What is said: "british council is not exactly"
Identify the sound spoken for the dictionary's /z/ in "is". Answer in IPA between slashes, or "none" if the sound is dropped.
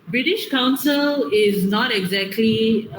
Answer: /z/